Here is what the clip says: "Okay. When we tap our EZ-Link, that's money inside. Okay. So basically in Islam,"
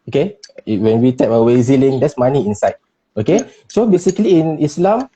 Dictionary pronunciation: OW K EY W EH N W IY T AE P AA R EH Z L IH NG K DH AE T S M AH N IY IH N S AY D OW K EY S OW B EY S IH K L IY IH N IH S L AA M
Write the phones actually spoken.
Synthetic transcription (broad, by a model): OW K EY W EH N W IY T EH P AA W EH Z L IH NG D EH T S M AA N IY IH N S AY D OW K EY S OW B EY S IH K L IY IH N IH S L AA M